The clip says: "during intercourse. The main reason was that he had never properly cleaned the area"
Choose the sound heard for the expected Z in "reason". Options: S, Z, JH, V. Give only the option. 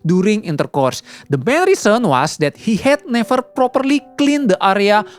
S